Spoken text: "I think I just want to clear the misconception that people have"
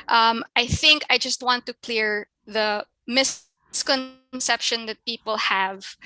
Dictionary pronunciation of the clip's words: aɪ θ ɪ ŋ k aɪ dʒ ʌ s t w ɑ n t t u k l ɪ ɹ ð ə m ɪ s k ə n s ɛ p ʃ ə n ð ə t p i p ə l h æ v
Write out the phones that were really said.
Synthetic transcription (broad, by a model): aɪ θ ɪ ŋ k aɪ dʒ ʌ s t w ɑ n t t u k l ɪ ɹ ð ə m ɪ s k ə n s ɛ p ʃ ə n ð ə t p i p ə l h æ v